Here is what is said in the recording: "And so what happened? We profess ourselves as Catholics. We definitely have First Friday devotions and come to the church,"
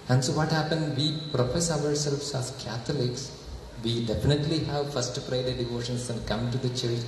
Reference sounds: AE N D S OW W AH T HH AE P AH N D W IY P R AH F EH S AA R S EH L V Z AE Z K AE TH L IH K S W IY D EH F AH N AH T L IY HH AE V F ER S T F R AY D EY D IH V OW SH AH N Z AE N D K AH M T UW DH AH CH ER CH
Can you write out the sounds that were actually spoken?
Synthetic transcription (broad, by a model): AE N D S OW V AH T HH AE P AH N D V IY P R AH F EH S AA R S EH L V S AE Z K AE T L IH K S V IY D EH F AH N AH T L IY HH AE V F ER S T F R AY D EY D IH V OW SH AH N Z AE N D K AH M T UW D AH CH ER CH